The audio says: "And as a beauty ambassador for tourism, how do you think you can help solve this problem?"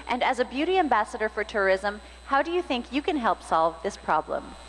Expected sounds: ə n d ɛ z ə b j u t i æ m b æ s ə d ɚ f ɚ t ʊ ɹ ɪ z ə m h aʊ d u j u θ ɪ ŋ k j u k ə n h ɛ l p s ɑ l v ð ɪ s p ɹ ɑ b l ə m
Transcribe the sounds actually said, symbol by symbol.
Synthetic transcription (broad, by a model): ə n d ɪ z ə b j u t i æ m b æ s ə d ɚ f ɚ t ʊ ɹ ɪ z ə m h aʊ d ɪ j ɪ θ ɪ ŋ k j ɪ k ə n h ɛ l p s ɑ l v ð ɪ s p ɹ ɑ b l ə m